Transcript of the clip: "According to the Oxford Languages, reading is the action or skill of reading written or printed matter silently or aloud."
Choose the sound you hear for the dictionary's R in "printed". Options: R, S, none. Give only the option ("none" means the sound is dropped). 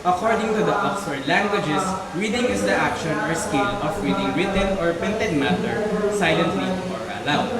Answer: none